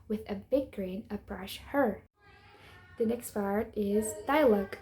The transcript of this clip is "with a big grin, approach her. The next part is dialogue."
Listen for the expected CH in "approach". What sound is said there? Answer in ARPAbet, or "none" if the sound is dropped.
SH